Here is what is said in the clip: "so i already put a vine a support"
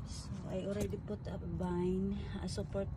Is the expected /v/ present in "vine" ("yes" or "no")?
no